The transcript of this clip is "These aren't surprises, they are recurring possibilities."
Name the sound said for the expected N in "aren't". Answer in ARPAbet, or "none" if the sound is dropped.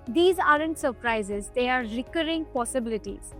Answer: N